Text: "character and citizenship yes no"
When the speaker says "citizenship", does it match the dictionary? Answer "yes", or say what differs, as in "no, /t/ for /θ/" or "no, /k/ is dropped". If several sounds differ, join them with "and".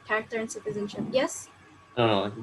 yes